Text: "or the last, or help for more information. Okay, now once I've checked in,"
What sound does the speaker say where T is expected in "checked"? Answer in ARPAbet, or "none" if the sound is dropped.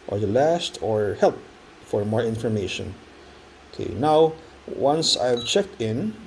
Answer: T